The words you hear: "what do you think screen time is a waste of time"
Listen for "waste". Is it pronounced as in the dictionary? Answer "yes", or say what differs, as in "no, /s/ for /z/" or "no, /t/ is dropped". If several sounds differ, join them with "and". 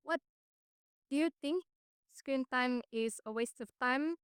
yes